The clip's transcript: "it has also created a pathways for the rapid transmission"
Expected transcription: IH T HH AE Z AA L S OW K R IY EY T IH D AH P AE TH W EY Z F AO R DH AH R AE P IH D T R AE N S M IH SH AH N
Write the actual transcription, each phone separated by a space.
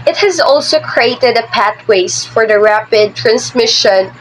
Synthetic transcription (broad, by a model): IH T HH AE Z AA L S OW K R IY EY T IH D AH P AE T W EY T F AO R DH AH R AE P IH D T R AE N S M IH SH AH N